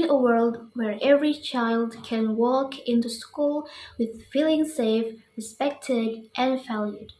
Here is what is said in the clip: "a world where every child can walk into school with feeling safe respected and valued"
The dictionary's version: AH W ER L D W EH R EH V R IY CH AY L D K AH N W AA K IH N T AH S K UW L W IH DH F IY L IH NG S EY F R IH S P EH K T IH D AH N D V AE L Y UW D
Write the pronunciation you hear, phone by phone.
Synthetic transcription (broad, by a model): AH W ER L D W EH R EH V R IY CH AY L D K AH N W AA K IH N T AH S K UW L W IH DH F IY L IH NG S EY F R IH S P EH K T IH D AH N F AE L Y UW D